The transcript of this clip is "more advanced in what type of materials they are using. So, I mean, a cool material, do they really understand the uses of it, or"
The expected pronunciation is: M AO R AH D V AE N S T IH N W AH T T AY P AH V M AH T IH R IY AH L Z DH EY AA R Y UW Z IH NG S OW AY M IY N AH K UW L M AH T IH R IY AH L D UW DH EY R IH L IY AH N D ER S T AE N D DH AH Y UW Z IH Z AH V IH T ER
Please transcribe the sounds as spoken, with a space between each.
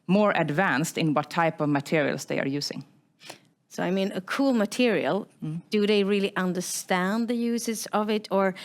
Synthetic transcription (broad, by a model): M AO R AH D V AE N S T IH N W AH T T AY P AH V M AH T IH R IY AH L S DH EY AA R Y UW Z IH NG S OW AY M IY N AH K UW L M AH T IH R IY AH L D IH DH EY R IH L IY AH N D ER S T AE N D DH AH Y UW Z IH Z AH V IH T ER